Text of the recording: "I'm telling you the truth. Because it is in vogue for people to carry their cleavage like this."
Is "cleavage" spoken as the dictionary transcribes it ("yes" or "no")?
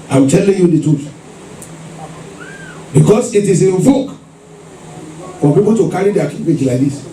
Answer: no